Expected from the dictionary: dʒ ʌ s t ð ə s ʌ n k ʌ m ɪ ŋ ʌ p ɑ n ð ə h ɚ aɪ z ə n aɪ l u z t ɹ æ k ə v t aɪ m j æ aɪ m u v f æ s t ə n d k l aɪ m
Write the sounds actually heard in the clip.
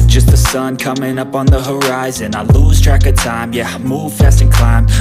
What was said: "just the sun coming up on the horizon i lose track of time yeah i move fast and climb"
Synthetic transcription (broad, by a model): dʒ ʌ s t ð ə s ʌ n k ʌ m ɪ ŋ ʌ p n ð ə h ɚ aɪ z ə n aɪ l u z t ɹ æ k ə t aɪ m j æ m u v f æ s t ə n k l aɪ m